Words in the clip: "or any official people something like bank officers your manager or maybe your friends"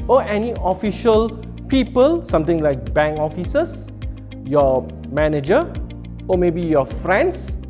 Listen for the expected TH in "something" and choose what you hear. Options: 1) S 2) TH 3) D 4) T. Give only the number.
4